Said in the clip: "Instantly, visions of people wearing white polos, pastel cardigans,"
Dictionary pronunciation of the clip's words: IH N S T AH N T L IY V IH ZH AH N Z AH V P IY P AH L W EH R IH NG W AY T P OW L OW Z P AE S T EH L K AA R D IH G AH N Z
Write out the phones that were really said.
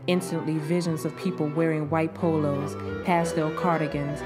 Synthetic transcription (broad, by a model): IH N S T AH N T L IY V IH ZH AH N Z AH V P IY P L W EH R IH NG W AY T P OW L OW Z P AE S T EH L K AA R D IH G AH N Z